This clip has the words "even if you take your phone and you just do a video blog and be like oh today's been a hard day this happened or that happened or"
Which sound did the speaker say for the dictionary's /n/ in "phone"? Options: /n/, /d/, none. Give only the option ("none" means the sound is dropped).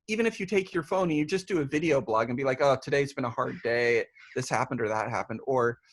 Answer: none